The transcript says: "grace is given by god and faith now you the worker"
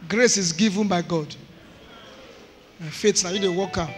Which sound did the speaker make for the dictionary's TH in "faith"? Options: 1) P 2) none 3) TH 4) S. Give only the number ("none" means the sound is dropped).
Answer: 4